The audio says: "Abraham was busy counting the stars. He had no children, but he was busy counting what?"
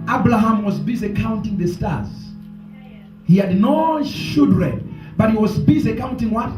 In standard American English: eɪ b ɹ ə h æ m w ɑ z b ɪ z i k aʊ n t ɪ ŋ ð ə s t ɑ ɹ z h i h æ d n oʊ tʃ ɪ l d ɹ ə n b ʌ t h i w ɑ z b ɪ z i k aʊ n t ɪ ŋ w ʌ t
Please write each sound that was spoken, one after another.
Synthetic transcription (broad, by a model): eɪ b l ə h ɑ m w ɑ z b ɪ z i k aʊ n t ɪ ŋ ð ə s t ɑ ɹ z h i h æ d n oʊ ʃ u d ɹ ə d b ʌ t h i w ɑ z b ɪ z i k aʊ n t ɪ ŋ w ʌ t